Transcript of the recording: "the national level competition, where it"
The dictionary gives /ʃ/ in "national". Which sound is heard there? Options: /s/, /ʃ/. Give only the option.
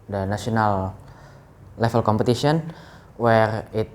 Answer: /s/